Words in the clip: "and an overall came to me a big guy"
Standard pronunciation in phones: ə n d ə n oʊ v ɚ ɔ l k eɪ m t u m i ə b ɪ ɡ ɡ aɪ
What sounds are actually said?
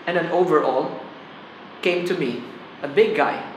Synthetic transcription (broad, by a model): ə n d ə n oʊ v ɚ ɔ l k eɪ m t u m i ə b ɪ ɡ ɡ aɪ